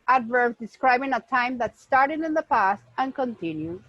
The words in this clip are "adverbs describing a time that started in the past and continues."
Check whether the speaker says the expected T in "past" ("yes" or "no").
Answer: yes